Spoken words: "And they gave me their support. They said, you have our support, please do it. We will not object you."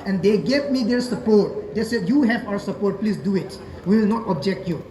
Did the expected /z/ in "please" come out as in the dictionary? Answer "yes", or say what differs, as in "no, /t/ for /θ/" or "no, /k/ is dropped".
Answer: no, /s/ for /z/